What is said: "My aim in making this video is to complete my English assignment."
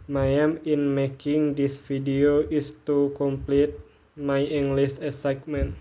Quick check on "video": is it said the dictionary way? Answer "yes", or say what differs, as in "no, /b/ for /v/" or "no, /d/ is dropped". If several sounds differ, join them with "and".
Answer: no, /f/ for /v/